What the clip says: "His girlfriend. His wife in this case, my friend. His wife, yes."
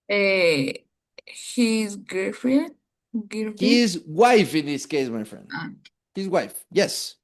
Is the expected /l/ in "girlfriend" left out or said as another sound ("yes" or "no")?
yes